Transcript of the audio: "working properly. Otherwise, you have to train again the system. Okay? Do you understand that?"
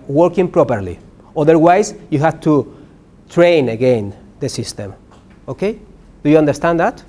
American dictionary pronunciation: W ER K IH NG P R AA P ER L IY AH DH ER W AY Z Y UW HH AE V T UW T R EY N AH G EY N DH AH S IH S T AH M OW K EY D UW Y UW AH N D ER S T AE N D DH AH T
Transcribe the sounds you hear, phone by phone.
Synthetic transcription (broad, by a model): W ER K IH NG P R AA P ER L IY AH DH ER W AY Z Y UW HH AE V T UW T R EY N AH G EY N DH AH S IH S T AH M OW K EY D UW Y UW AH N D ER S T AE N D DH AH T